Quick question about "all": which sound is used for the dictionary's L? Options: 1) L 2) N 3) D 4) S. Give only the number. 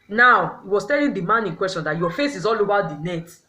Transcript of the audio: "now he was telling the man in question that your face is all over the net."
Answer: 1